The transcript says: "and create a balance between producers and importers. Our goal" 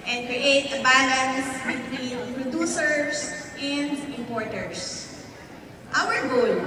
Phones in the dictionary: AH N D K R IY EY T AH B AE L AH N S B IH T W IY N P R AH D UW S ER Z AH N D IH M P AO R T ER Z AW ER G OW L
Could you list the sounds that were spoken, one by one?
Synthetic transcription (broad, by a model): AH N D K R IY EY T AH B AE L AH N S B IH T W IY N P R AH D UW S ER S AH N D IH M P AO R T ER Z AW ER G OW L